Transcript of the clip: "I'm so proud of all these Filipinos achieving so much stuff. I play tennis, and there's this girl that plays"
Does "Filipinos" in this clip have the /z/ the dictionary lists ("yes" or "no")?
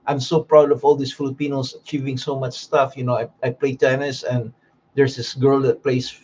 no